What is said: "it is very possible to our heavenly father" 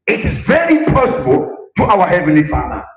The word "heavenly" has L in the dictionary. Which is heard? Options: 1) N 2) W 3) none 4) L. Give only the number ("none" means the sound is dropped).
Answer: 4